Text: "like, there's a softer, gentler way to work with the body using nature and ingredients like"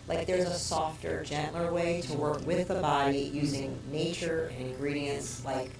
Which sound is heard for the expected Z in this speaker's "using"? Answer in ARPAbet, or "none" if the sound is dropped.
Z